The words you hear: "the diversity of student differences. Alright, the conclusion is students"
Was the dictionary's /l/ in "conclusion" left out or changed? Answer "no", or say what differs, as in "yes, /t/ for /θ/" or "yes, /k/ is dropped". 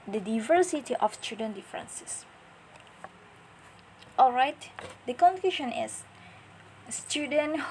yes, /l/ is dropped